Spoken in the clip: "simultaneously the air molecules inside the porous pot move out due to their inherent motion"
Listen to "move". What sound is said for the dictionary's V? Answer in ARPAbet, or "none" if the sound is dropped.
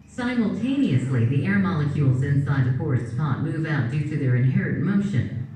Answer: V